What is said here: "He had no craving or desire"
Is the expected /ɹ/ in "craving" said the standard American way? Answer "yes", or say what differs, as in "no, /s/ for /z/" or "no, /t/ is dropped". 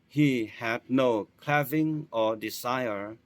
no, /l/ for /ɹ/